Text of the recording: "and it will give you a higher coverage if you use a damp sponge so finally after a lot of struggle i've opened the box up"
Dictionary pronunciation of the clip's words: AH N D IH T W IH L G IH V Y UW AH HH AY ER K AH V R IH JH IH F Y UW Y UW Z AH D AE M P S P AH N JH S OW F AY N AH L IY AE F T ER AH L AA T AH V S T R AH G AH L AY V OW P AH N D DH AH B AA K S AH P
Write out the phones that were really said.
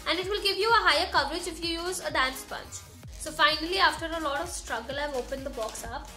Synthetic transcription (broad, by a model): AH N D IH T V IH L G IH V Y UW AH HH AY ER K AH V R IH JH IH F Y UW Y UW Z AH D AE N S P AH N CH S OW F AY N AH L IY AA F T ER AH L AA T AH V S T R AH G AH L AY V OW P AH N D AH B AA K S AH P